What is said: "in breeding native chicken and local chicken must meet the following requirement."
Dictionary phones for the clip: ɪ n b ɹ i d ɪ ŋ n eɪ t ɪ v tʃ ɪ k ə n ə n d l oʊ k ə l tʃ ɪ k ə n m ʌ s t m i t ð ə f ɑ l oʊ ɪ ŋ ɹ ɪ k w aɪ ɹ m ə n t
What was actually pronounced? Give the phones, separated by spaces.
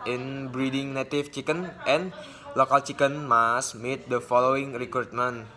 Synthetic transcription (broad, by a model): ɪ n b ɹ i d ɪ ŋ n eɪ t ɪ f tʃ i k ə n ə n l oʊ k ə l tʃ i k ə n m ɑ s m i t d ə f ɑ l oʊ ɪ ŋ ɹ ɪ k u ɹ m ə n